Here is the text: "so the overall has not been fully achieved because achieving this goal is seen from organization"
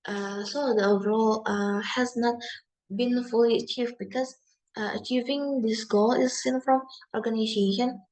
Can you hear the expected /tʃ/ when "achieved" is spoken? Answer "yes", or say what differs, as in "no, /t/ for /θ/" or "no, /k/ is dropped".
yes